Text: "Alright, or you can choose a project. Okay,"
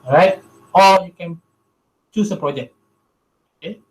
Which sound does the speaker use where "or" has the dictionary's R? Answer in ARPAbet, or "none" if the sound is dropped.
L